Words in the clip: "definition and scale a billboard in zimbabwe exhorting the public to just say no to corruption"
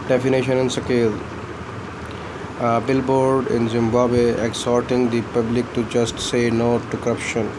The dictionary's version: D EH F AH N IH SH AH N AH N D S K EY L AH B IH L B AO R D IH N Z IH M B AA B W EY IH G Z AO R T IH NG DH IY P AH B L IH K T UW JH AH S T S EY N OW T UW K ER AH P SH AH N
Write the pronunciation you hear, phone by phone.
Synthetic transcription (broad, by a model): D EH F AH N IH SH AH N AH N S K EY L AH B IH L B AO R D IH N Z IH M B AA B W EY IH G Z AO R T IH NG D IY P AH B L IH K T UW JH AH S T S EY N OW T UW K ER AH P SH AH N